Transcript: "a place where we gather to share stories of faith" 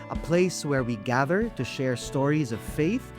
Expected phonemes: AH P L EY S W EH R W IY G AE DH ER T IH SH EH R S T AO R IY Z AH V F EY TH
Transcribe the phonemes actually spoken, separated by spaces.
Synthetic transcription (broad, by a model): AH P L EY S W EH R W IY G AE DH ER T IH SH EH R S T AO R IY Z AH V F EY TH